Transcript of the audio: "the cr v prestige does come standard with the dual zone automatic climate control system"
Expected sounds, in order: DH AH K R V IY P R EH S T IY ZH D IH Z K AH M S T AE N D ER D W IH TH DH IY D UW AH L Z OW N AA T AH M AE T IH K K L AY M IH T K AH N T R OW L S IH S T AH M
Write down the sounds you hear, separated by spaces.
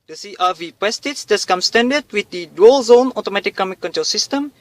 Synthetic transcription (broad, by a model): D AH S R V IY P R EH S T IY S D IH S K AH M S T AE N D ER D W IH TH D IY D UW AH L Z OW N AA T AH M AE T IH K K AY M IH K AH N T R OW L S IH S T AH M